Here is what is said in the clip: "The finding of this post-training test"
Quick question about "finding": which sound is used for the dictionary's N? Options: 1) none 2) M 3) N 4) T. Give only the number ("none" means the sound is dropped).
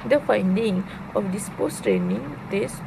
3